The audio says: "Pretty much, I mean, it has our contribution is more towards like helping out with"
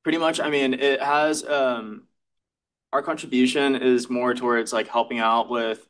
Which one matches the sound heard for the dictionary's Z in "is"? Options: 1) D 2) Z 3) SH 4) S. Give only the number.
2